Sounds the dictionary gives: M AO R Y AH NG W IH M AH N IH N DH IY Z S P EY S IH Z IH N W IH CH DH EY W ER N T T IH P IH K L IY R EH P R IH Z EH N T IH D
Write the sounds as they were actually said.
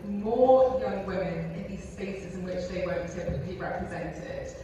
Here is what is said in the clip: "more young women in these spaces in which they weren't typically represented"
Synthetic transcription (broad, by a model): M AO Y AH NG W IH M AH N IH N DH IY Z S P EY S IH Z IH N W IH CH DH EY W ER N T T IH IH L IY R EH P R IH Z EH N T IH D